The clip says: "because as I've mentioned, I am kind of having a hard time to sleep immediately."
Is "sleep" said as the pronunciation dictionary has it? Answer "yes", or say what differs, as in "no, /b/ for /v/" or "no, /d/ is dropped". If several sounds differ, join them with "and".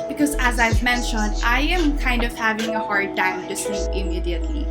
no, /l/ is dropped and /p/ is dropped